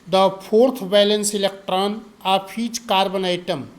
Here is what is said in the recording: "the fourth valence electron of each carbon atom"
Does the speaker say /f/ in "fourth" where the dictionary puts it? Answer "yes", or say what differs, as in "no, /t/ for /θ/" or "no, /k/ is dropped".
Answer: no, /p/ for /f/